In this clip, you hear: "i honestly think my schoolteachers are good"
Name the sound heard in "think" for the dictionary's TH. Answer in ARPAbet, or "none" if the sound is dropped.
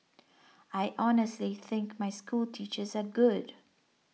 TH